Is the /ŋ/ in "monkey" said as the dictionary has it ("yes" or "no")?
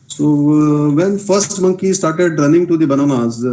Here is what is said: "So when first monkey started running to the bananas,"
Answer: yes